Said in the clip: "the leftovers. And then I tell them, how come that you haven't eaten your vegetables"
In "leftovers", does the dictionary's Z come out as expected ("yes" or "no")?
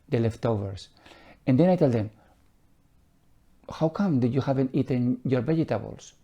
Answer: no